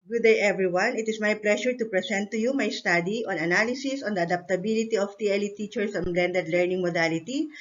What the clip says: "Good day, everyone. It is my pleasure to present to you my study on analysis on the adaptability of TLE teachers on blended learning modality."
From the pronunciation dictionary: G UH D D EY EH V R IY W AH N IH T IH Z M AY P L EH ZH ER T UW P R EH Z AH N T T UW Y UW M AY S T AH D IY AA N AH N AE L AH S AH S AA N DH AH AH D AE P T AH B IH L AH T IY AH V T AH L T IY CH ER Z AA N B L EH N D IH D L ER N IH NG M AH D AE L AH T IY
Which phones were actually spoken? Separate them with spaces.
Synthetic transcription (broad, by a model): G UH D D EY EH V R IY W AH N IH T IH S M AY P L EH SH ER T UW P R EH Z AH N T T UW Y UW M AY S T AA D IY AA N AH N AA L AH S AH S AA N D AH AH D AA P T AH B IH L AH T IY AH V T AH L T IY CH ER S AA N B L EH N D IH D L ER N IH NG M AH D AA L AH T IY